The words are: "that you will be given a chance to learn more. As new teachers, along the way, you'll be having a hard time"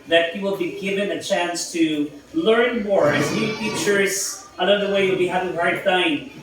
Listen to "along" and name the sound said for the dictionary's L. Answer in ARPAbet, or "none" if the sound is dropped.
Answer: N